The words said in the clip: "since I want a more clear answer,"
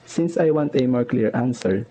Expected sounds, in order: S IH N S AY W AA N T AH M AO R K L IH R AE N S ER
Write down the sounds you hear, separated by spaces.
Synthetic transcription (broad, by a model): S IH N S AY W AA N T AH M AO R K L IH R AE N S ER